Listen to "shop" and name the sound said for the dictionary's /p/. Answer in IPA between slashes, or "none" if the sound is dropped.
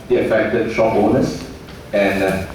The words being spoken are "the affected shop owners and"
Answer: /b/